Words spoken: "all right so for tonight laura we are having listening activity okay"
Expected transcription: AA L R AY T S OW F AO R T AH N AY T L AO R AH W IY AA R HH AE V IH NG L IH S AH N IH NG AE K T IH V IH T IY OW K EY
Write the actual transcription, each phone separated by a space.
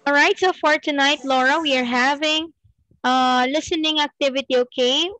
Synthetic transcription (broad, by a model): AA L R AY T S OW F AO R T AH N AY T L AO R AH W IY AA R HH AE V IH NG L IH S AH N IH NG AE K T IH V IH T IY OW K EY